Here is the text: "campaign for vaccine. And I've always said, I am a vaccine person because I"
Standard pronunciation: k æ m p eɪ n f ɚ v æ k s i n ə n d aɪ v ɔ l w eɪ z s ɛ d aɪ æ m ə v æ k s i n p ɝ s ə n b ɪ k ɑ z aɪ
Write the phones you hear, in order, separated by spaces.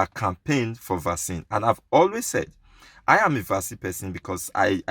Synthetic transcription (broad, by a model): k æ m p eɪ n f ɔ v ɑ s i n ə n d aɪ v ɔ l w eɪ z s ɛ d aɪ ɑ m ə v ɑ s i p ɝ s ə n b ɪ k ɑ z aɪ